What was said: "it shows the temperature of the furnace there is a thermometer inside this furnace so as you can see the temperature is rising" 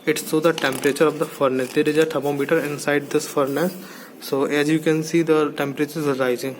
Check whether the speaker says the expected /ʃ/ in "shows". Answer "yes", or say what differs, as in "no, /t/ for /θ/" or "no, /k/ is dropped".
no, /s/ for /ʃ/